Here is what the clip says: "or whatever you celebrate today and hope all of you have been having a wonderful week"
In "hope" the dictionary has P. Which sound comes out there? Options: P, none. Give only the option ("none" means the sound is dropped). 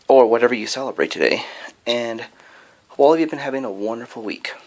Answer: none